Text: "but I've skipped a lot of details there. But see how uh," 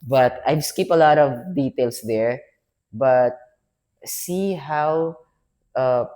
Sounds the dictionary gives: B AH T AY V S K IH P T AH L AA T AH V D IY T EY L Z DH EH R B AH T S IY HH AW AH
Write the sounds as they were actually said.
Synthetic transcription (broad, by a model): B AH T AY V S K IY P AH L AA T AH V D IY T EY L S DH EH R B AH T S IY HH AW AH